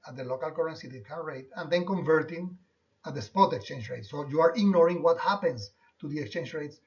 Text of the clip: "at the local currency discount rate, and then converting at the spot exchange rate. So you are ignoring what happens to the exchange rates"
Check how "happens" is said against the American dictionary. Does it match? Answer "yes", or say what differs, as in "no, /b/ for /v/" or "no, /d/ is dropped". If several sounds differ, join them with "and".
no, /s/ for /z/